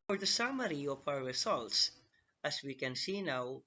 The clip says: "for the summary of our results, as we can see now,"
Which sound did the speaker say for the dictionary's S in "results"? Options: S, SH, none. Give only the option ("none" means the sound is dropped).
S